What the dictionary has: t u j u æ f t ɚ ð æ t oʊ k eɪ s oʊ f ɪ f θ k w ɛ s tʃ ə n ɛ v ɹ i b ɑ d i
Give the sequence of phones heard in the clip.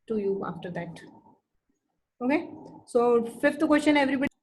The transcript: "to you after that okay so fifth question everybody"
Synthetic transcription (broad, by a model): t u j u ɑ f t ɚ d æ t oʊ k eɪ s oʊ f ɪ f t k w ɛ s tʃ ə n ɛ v ɹ i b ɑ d